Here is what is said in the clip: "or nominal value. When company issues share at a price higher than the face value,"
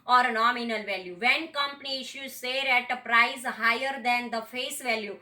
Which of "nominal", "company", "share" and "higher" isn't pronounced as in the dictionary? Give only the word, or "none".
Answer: share